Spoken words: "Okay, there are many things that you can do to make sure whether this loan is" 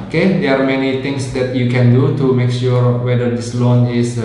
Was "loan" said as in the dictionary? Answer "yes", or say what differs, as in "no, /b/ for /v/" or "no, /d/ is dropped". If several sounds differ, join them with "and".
yes